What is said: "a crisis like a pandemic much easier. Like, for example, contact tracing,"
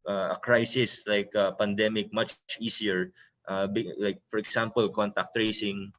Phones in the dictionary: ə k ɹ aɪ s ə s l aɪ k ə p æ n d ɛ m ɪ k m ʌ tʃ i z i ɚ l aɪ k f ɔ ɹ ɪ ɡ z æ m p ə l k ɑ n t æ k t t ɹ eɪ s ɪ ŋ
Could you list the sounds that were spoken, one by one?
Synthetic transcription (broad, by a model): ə k ɹ aɪ s ə s l aɪ k ə p æ n d ɛ m ɪ k m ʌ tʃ i s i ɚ l aɪ k f ɔ ɹ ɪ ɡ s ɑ m p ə l k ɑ n t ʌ k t t ɹ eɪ s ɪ ŋ